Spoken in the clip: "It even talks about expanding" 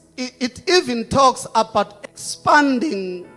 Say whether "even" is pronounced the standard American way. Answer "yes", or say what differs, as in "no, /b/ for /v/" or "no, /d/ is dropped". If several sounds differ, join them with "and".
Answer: yes